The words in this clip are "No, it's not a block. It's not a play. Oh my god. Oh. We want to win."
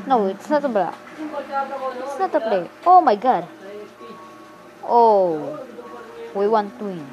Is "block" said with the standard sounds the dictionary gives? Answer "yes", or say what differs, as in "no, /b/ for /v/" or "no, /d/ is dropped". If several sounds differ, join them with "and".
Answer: no, /l/ is dropped